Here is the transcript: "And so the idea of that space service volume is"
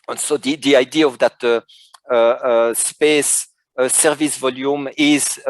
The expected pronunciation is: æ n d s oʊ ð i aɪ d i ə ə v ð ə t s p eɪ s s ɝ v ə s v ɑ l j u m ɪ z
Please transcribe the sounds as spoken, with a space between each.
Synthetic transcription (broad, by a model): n s oʊ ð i aɪ d i ə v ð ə t s p eɪ s s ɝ v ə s v ɑ l j u m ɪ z